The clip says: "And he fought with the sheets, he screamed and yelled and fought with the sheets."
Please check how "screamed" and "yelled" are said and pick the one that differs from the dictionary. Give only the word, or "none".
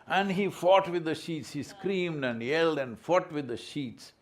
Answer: none